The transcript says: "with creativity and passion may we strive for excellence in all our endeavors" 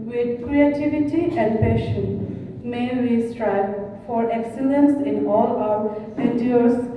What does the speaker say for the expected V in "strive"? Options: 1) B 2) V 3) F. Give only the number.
1